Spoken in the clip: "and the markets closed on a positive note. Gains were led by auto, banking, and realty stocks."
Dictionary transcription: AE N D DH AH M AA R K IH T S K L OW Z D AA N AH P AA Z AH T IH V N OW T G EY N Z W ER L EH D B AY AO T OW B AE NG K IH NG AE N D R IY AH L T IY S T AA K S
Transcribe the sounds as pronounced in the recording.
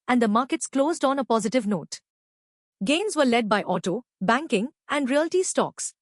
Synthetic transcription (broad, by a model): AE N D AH M AA R K IH T S K L OW Z D AA N AH P AA Z AH T IH V N OW T G EY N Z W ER L EH D B AY AO T OW B AE NG K IH NG AE N D R IY AH L T IY S T AA K S